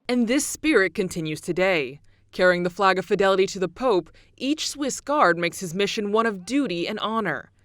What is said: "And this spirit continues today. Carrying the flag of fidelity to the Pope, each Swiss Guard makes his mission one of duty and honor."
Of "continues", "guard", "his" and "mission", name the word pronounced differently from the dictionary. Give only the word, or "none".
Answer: none